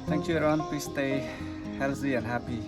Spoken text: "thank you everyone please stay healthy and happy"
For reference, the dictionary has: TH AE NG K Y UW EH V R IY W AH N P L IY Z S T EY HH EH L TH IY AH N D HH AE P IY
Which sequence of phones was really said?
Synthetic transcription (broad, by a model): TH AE NG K Y UW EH R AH N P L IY S T EY HH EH L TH IY AH N D HH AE P IY